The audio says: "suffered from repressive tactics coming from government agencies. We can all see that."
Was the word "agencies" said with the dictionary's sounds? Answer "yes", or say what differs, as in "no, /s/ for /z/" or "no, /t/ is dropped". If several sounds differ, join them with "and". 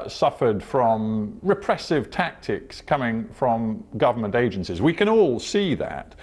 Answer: yes